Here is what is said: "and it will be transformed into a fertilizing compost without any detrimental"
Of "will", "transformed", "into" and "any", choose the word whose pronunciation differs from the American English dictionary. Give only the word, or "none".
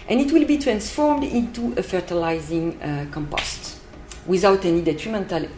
none